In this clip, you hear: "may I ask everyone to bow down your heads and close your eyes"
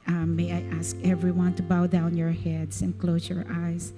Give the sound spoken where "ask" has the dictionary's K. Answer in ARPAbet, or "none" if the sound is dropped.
K